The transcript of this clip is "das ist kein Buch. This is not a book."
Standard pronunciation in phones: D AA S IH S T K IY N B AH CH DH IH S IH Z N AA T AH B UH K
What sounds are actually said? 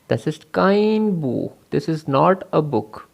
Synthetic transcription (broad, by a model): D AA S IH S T K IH N B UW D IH S IH Z N AA T AH B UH K